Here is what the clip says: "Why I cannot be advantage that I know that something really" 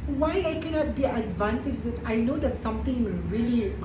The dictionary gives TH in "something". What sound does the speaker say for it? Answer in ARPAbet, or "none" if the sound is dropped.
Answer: T